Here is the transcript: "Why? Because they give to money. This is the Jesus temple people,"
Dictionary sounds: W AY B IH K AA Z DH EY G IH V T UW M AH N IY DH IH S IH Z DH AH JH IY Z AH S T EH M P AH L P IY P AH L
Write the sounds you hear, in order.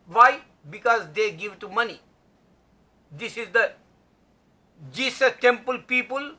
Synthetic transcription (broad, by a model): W AY B IH K AA Z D EY G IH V T UW M AH N IY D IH S IH Z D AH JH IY S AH T EH M P AH L P IY P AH L